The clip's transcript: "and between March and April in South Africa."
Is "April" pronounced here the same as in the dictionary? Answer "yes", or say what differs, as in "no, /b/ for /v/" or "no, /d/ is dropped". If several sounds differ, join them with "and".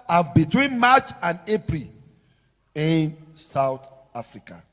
yes